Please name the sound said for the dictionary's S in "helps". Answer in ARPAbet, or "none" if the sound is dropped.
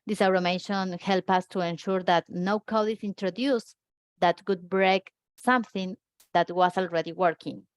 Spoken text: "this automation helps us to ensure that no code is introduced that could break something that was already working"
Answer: none